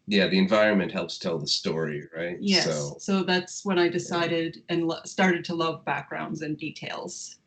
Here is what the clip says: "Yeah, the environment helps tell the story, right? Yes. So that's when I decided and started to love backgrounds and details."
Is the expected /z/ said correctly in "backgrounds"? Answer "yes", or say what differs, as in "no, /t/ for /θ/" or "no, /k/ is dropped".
yes